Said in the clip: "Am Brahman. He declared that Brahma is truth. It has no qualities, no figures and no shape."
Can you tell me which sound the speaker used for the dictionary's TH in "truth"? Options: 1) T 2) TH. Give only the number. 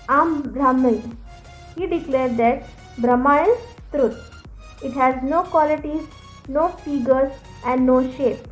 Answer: 1